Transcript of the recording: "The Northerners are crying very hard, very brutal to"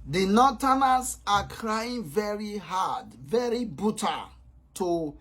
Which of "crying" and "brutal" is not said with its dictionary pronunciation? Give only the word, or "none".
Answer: brutal